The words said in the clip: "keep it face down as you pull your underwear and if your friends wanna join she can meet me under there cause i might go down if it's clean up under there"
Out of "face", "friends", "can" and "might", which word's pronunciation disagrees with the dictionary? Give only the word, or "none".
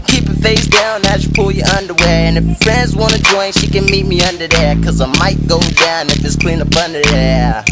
none